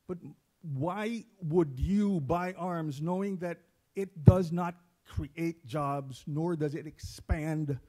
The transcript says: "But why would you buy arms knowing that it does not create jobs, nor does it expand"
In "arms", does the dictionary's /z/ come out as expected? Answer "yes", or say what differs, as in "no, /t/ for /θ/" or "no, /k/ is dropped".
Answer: yes